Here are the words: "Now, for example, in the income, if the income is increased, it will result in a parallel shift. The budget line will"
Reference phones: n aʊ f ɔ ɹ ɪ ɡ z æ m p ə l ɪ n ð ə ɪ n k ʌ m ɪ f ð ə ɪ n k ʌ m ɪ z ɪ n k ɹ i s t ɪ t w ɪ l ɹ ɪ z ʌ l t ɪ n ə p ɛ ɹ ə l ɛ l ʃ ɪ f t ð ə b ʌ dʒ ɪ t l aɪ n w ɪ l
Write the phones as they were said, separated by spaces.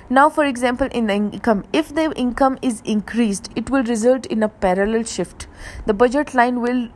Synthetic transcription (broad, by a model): n aʊ f ɔ ɹ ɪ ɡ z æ m p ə l ɪ n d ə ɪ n k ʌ m ɪ f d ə ɪ n k ʌ m ɪ z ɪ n k ɹ i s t ɪ t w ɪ l ɹ ɪ z ʌ l t ɪ n ə p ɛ ɹ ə l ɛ l ʃ ɪ f t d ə b ʌ dʒ ɪ t l aɪ n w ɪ l